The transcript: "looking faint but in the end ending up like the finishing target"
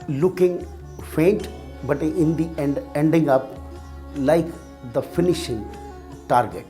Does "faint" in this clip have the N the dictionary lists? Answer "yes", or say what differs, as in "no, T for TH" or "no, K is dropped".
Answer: yes